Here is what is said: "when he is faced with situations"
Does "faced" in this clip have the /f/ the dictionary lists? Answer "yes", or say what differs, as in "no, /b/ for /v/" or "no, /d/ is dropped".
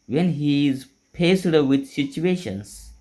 no, /p/ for /f/